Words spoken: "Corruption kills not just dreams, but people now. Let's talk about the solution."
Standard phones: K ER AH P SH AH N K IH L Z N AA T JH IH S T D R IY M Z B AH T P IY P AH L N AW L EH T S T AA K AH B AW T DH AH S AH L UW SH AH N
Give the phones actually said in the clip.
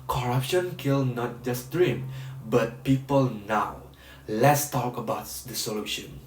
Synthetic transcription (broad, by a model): K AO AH P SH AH N K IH L N AA T JH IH S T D R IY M B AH T P IY P AH L N AW L EH T S T AA K AH B AW T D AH S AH L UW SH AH N